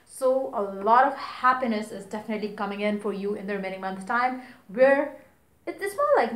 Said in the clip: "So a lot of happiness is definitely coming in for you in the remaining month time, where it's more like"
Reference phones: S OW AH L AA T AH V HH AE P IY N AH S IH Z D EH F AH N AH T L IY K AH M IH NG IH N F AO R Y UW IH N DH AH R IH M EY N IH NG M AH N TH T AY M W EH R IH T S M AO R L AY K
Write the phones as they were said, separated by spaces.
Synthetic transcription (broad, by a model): S OW AH L AA T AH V HH AE P IY N AH S IH Z D EH F AH N AH T L IY K AH M IH NG IH N F AO R Y UW IH N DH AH R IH M EY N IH NG M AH N S T AY M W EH R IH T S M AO L AY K